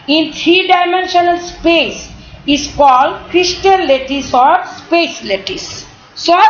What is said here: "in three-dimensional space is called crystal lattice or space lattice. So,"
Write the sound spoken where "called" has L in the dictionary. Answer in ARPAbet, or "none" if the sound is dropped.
L